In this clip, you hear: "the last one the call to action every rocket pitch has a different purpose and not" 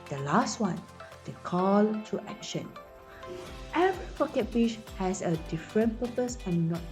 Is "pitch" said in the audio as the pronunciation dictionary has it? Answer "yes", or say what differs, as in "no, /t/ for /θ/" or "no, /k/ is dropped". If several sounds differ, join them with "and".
no, /b/ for /p/